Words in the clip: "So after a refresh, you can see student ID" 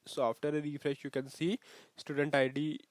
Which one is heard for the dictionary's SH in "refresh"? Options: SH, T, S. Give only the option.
SH